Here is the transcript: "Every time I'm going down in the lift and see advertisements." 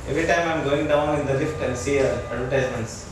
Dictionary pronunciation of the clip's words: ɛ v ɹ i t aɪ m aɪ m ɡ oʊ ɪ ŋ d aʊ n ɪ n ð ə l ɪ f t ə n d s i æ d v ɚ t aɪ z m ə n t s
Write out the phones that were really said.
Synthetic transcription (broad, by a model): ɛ v ɹ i t aɪ m aɪ m ɡ oʊ ɪ ŋ d aʊ n ɪ n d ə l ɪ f t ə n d s i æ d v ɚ t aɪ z m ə n t s